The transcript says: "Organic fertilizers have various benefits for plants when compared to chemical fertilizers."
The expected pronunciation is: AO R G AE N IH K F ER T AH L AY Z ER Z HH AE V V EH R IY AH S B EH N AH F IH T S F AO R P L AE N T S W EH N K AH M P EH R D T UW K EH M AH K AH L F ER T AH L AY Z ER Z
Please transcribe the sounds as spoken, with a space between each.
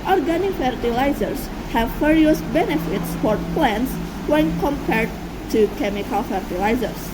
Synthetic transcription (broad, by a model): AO R G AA N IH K F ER T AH L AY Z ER S HH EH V F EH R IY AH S B EH N AH F IH T S F AO R P L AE N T S W EH N K AH M P EH R D T UW K EH M AH K AH L F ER T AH L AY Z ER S